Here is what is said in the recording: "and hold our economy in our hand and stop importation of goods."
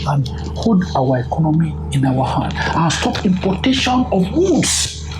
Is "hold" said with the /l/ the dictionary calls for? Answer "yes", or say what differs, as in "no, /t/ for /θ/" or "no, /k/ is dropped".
no, /l/ is dropped